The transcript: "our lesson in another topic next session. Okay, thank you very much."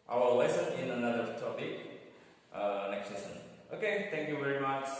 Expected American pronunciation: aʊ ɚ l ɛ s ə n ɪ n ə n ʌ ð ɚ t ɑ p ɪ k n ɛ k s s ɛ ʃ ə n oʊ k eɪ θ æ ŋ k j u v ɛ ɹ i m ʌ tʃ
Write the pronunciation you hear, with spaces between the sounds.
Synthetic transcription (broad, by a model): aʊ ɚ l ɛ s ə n ɪ n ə n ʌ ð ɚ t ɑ p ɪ k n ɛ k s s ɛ s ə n oʊ k eɪ t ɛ ŋ k j u v ɛ ɹ i m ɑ tʃ